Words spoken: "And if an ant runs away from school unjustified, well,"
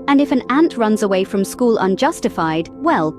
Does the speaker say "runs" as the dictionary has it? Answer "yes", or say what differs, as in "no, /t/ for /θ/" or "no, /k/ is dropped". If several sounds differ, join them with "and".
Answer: yes